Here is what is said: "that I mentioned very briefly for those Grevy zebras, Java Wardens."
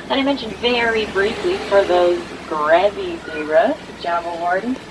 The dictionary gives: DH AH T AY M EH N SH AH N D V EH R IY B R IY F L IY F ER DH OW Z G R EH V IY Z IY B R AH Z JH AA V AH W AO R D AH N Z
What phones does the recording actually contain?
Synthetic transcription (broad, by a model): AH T AY M EH N SH AH N D V EH R IY B R IY F L IY F ER DH OW Z G R EH V IY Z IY R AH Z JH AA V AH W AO R D N